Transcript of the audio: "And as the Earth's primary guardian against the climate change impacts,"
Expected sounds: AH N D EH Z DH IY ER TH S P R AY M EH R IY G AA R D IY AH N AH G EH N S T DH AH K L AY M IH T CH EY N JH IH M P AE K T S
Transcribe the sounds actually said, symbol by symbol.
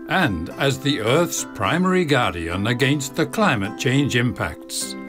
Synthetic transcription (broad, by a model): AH N D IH Z DH IY ER TH S P R AY M EH R IY G AA R D IY AH N AH G EH N S T DH AH K L AY M IH T CH EY N JH IH M P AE K T S